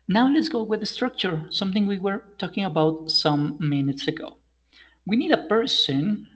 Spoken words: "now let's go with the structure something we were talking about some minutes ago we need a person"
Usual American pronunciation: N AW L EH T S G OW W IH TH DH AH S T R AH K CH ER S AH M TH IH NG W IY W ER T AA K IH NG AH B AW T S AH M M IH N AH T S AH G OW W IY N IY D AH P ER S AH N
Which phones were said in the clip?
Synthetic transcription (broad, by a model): N AW L EH T S G OW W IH DH AH S T R AH K CH ER S AH M TH IH NG W IY W ER T AA K IH NG AH B AW T S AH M M IH N AH T S AH G OW W IY N IY D AH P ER S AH N